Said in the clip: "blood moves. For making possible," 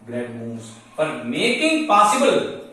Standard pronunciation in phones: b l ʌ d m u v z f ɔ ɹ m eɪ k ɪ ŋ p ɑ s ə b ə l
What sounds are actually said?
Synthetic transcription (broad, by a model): b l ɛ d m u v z p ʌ ɹ m eɪ k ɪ ŋ p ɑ s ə b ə l